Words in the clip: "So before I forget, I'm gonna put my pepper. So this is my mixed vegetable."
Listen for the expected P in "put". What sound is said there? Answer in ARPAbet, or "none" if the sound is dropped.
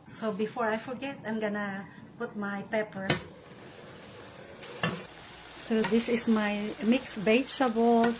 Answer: P